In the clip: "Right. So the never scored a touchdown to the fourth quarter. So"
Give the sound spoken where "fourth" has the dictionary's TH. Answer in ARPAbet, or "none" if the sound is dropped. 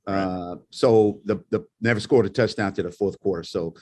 TH